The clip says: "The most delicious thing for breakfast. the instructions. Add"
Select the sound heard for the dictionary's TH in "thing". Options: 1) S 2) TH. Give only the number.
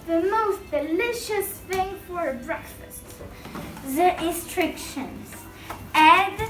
2